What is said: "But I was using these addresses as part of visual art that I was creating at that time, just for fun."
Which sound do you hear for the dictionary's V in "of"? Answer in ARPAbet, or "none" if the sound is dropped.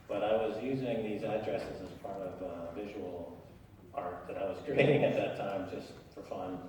V